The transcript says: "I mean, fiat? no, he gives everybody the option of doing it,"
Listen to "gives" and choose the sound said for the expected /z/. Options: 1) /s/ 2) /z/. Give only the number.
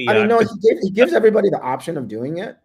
2